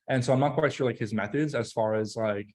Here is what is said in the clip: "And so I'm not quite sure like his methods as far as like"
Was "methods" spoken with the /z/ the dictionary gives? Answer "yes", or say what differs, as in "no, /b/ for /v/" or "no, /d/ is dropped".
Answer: yes